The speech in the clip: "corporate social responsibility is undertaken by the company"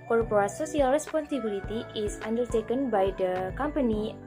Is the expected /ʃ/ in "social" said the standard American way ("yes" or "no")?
no